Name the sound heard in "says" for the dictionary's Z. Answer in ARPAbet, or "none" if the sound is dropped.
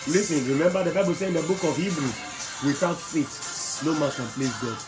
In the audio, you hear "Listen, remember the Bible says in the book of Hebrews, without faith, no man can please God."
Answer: none